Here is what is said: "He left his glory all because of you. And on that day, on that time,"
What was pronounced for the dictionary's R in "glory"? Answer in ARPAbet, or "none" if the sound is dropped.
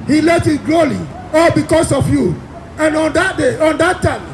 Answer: L